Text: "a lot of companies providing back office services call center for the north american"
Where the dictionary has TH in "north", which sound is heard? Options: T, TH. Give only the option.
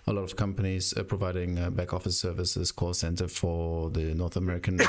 TH